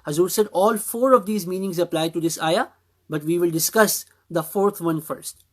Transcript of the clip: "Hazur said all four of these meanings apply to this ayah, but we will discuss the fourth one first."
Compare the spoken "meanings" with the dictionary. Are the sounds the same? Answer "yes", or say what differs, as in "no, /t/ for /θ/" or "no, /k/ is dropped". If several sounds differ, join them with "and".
yes